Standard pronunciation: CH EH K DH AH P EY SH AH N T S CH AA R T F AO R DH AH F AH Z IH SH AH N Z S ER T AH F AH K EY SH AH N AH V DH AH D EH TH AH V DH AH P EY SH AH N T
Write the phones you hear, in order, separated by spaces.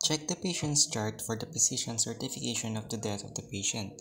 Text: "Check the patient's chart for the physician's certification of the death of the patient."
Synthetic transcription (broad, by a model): CH EH K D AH P EY SH AH N T S CH AA R T F AO R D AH P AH S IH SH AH N S ER T AH F AH K EY SH AH N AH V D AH D EH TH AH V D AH P EY SH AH N T